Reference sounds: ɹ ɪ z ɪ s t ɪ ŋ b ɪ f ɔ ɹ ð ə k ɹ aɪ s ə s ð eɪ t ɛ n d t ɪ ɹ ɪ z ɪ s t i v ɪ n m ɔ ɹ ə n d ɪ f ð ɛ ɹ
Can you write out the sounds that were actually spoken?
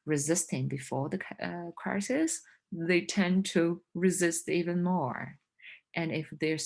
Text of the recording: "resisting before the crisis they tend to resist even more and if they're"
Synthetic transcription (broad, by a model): ɹ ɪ z ɪ s t ɪ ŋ b ɪ f ɔ ɹ ð ə k ɹ aɪ s ə s ð eɪ t ɛ n t ɪ ɹ ɪ z ɪ s t i v ɪ n m ɔ ɹ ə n ɪ f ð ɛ ɹ